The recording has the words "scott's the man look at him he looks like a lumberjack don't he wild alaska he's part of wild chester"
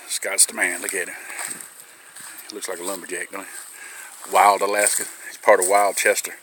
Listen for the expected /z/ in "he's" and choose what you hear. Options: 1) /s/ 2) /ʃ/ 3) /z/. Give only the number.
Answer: 1